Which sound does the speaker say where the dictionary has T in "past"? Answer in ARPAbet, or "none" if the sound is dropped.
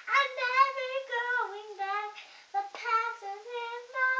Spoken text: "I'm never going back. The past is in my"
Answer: none